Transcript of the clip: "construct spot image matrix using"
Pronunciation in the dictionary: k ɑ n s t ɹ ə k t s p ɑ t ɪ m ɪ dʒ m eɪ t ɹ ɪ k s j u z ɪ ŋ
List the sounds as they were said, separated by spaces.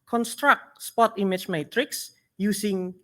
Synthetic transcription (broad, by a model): k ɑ n s t ɹ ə k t s p ɑ t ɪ m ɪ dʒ m eɪ t ɹ ɪ k s j u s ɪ ŋ